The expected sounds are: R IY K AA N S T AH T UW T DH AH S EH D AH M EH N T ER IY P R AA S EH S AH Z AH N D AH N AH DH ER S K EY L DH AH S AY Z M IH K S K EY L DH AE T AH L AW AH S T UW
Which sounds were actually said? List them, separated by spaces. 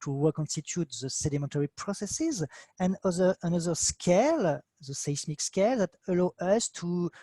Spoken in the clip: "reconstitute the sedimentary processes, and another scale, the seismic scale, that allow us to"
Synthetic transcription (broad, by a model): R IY K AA N S T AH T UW T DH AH S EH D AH M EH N T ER IY P R AA S EH S AH Z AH N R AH N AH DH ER S K EY L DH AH S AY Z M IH K S K EY L DH AE T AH L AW AH S T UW